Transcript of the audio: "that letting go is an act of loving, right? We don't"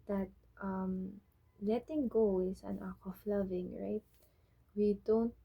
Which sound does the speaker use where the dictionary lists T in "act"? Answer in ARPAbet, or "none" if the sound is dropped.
none